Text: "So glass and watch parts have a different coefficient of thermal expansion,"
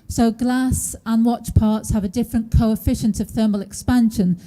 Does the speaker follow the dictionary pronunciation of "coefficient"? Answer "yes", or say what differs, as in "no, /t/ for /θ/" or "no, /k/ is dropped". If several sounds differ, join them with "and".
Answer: yes